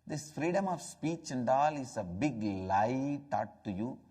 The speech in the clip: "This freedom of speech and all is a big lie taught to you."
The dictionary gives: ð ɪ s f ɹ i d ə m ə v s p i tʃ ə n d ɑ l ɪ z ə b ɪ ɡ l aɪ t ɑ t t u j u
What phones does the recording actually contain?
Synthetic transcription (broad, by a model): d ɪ s f ɹ i d ə m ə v s p i tʃ ə n d ɑ l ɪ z ə b ɪ ɡ l aɪ t ɑ t t u j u